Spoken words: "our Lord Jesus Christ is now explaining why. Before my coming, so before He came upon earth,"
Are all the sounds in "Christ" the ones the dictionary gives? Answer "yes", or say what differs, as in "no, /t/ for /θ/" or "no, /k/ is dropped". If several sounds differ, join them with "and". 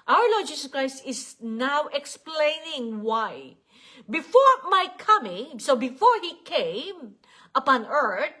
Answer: yes